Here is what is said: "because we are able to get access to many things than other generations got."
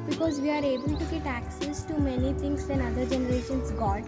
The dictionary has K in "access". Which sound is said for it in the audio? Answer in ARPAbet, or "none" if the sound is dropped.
K